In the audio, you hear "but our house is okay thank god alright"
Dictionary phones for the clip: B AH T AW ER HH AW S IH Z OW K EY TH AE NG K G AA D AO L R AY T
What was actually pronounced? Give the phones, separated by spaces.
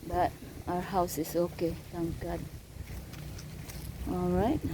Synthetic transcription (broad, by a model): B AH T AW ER HH AW S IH S OW K EY T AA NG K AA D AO L R AY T